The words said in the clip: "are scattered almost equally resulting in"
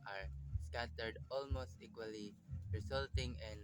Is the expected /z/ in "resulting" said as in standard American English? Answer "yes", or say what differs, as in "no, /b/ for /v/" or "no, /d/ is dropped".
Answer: no, /s/ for /z/